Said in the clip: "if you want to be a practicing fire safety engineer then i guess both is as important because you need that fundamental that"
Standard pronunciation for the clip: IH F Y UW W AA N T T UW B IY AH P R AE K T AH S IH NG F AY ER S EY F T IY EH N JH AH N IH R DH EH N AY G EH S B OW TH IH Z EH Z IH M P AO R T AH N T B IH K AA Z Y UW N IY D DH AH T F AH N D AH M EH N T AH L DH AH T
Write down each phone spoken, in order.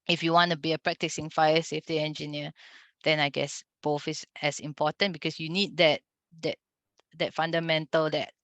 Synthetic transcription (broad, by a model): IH F Y UW W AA N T T UW B IY AH P R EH K T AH S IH NG F AY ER S EY F T IY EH N JH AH N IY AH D EH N AY G EH S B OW F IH S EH S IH M P AO T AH N B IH K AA S Y UW N IY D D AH T F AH N D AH M EH N T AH L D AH T